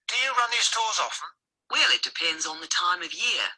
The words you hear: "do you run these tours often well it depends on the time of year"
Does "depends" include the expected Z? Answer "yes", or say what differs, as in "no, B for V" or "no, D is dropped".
yes